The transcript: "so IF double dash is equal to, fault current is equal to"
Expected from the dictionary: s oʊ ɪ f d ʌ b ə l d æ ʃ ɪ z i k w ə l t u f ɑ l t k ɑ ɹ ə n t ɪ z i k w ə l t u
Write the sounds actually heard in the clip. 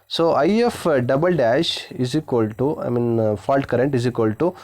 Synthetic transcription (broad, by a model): s oʊ ɪ f d ʌ b ə l d æ ʃ ɪ z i k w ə l t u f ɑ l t k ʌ ɹ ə n t ɪ z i k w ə l t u